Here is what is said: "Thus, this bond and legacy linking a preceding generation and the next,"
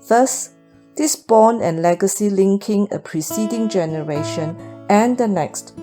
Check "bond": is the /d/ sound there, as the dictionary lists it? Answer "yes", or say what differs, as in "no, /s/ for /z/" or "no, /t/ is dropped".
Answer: no, /d/ is dropped